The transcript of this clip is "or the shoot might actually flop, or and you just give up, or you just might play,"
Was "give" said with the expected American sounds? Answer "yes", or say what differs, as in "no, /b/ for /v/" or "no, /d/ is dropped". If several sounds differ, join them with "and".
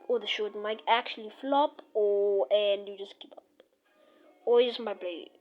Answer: no, /p/ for /v/